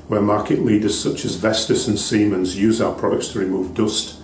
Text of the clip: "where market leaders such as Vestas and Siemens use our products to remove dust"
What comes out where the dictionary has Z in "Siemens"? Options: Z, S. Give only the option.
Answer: Z